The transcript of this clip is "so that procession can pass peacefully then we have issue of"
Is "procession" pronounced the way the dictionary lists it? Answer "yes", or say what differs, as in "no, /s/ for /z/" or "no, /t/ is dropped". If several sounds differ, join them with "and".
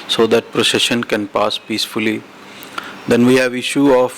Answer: yes